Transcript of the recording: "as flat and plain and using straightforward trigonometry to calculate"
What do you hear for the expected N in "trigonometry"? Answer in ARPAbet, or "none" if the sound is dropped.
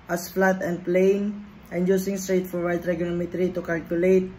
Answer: L